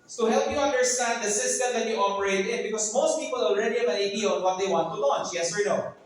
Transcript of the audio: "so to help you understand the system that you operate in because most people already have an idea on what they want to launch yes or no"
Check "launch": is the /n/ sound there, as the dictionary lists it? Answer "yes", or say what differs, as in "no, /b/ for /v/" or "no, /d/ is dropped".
yes